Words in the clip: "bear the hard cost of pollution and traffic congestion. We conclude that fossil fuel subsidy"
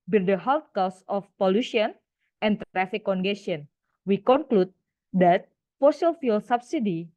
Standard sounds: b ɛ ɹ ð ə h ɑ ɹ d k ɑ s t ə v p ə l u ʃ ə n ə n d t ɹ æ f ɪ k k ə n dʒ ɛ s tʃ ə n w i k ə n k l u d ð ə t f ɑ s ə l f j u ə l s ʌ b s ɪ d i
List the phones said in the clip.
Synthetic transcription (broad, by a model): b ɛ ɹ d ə h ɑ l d k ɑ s ə f p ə l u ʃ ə n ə n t ɹ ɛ f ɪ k k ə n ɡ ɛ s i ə n w i k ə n k l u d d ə t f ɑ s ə l f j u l s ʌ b s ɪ d i